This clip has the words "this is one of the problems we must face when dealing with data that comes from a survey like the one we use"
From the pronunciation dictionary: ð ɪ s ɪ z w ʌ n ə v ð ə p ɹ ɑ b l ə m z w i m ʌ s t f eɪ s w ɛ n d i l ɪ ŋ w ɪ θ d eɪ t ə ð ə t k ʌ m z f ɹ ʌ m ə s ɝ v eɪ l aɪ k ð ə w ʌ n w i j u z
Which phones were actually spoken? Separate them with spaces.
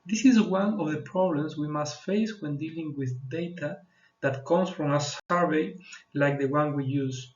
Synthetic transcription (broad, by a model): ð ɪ s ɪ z w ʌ n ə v ð ə p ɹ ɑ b l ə m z w i m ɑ s t f eɪ s w ɛ n d i l ɪ ŋ w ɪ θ d eɪ t ə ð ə t k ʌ m s f ɹ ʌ m ə s ɝ v eɪ l aɪ k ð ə w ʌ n w i j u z